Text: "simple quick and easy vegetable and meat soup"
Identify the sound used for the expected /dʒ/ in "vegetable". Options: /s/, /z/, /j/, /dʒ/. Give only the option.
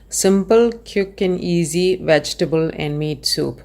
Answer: /dʒ/